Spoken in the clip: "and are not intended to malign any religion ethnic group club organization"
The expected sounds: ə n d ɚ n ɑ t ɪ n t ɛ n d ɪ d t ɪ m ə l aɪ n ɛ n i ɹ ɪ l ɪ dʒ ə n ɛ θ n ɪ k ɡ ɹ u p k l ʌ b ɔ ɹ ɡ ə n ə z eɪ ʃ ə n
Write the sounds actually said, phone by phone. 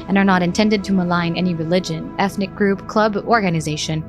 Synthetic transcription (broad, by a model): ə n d ɚ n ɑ t ɪ n t ɛ n d ɪ d t ɪ m ə l aɪ n ɛ n i ɹ ɪ l ɪ dʒ ə n ɛ θ n ɪ k ɡ ɹ u p k l ʌ b ɔ ɹ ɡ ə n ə z eɪ ʃ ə n